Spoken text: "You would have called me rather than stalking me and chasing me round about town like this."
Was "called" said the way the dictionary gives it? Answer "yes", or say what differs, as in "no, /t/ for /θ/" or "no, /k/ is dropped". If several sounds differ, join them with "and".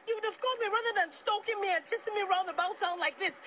no, /l/ is dropped